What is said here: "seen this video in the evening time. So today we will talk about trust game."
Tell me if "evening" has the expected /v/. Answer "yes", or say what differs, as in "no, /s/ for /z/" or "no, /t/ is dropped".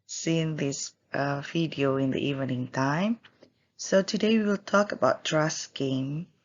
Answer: yes